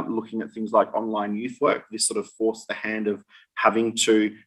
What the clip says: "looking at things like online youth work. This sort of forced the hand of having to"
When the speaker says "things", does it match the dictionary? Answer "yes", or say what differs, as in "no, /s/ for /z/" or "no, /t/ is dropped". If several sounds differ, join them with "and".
yes